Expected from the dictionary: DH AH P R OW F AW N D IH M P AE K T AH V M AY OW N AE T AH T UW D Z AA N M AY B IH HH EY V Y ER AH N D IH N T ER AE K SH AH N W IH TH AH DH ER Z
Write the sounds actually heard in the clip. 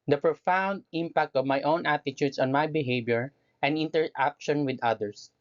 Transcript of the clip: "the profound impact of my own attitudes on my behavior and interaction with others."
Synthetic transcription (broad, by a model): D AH P R OW F AW N D IH M P AE K T AH V M AY OW N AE T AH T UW D S AA N M AY B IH HH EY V Y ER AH N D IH N T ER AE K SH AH N W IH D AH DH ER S